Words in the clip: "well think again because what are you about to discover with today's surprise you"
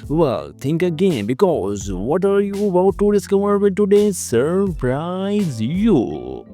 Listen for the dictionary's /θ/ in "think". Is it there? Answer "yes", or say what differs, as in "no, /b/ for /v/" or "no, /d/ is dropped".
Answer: no, /t/ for /θ/